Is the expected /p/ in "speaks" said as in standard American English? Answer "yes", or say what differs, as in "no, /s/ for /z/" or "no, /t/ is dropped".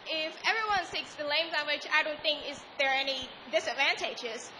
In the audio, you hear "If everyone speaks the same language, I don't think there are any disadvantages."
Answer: no, /p/ is dropped